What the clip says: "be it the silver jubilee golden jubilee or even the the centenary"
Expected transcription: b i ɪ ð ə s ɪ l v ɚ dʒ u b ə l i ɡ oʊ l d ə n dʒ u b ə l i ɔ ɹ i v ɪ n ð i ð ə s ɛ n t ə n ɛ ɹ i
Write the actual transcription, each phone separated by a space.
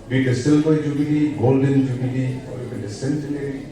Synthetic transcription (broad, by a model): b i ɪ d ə s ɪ l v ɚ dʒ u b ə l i ɡ oʊ l d ə n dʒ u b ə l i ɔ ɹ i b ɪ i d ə s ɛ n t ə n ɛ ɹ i